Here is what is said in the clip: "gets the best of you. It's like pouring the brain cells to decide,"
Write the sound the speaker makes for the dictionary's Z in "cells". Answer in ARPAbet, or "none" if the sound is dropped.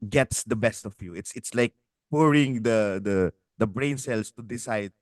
S